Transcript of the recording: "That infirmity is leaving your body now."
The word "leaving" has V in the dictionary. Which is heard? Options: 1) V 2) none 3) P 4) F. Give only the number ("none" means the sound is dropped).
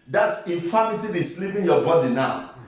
3